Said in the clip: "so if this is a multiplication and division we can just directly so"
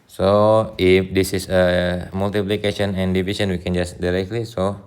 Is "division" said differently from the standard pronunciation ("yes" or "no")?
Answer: yes